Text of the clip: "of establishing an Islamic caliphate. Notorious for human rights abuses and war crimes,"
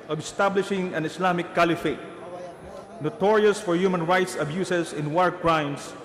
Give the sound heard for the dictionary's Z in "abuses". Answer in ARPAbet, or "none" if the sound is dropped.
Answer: S